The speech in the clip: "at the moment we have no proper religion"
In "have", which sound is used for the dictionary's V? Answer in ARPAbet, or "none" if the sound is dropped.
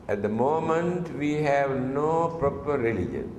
V